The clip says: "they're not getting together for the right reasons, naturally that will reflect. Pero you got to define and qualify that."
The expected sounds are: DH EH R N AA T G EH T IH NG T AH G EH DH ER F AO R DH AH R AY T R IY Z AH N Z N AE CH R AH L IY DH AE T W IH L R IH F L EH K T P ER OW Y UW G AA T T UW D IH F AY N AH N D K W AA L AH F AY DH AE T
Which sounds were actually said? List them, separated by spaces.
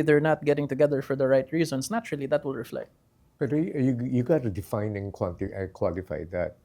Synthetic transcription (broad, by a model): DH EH R N AA T G EH T IH NG T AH G EH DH ER F AO R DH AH R AY T R IY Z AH N S N AE CH R AH L IY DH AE T W IH L R IH F L EH K T B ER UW Y UW G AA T T UW D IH F AY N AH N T K W AA L AH F AY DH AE T